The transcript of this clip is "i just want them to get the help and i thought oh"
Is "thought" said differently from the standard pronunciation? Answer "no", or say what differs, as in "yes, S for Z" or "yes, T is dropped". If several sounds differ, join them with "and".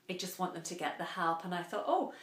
no